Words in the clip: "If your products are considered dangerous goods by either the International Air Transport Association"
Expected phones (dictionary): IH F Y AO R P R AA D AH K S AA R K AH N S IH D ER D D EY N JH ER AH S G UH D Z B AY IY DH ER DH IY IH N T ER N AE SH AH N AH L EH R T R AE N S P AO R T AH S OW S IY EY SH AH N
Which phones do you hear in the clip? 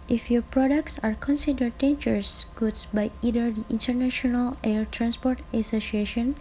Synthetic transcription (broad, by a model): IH F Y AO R P R AA D AH K S AA R K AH N S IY D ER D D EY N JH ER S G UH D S B AY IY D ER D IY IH N T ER N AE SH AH N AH L EH R T R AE N S P AO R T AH S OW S IY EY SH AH N